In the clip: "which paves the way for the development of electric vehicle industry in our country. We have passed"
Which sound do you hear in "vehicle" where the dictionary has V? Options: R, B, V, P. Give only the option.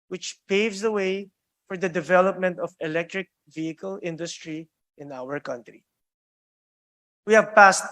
V